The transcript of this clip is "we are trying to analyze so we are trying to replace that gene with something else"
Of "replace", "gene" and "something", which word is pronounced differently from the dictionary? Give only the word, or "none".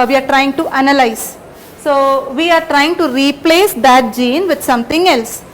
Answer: something